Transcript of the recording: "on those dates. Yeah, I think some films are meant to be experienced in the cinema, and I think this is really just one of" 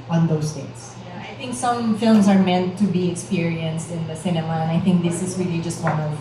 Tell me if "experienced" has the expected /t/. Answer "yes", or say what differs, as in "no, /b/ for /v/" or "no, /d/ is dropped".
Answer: yes